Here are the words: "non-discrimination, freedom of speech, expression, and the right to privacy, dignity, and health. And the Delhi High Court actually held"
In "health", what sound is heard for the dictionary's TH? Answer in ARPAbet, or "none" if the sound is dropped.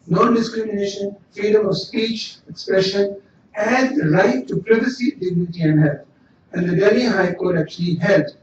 T